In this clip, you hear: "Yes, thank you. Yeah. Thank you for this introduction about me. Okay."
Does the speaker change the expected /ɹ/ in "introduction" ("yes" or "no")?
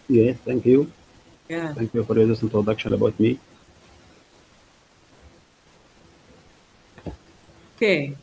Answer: yes